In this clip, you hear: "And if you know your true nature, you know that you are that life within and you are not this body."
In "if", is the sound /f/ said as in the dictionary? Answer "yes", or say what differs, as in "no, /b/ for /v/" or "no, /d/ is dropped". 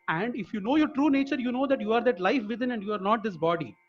yes